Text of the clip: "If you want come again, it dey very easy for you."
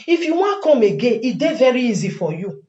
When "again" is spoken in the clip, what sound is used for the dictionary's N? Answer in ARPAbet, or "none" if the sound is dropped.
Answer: none